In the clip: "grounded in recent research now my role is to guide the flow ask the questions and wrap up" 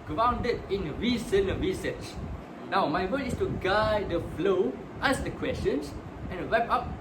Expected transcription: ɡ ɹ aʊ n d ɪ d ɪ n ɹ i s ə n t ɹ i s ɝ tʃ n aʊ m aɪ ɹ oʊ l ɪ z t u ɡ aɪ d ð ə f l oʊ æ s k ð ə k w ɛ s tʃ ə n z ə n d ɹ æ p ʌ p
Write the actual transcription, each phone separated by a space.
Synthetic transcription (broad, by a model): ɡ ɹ aʊ n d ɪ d ɪ n ɹ i s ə n ɹ i s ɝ tʃ n aʊ m aɪ w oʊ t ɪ s t u ɡ aɪ d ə f l oʊ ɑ s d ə k w ɛ s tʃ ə n s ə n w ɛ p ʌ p